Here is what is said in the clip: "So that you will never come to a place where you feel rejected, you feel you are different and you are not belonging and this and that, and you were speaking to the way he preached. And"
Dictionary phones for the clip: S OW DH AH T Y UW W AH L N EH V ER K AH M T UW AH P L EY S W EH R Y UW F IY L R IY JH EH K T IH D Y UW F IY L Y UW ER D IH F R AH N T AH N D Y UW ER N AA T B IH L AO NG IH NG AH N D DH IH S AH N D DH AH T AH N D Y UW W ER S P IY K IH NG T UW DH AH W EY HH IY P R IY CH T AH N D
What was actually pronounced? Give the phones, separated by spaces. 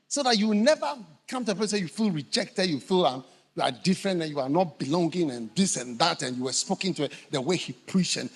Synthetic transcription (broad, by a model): S OW DH AH T Y UW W N EH V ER K AH M T UW AH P EY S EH Y UW F IY L R IY JH EH K T IH D Y UW F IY L Y UW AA D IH F R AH N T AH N Y UW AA N AA T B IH L AO NG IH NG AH N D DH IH S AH N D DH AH T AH N Y UW W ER S P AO K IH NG T UW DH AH W EY HH IY P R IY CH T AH N